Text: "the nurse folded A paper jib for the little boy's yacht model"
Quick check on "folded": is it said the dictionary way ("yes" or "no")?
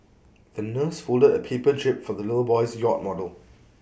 yes